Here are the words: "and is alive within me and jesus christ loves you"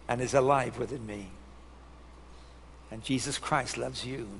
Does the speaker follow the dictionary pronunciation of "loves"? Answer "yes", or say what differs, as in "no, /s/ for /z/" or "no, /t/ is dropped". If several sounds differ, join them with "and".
yes